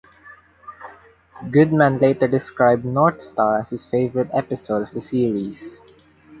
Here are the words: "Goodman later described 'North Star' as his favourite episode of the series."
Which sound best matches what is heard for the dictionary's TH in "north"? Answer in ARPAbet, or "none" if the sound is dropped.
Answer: T